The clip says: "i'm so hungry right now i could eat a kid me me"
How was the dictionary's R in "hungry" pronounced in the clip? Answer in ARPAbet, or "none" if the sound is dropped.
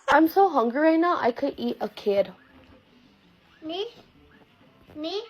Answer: none